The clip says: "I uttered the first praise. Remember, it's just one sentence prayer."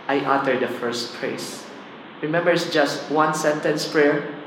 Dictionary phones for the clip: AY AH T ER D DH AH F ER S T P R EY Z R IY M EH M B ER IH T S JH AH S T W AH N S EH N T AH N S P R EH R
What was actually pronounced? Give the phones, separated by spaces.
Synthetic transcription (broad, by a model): AY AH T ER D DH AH F ER S T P R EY S R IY M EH M B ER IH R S JH AH S T W AH N S EH N T AH N S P R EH R